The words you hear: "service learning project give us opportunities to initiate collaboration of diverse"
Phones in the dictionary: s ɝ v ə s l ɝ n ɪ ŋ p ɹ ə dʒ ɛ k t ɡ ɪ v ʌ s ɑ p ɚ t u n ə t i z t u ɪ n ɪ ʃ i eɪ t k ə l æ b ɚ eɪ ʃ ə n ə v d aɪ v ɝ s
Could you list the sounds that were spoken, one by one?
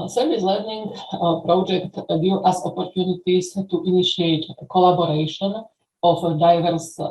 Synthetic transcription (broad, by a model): s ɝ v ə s l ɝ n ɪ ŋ p ɹ ə dʒ ɛ k t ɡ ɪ ʌ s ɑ p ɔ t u n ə t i s t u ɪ n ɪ ʃ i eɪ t k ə l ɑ b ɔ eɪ ʃ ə n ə f d aɪ v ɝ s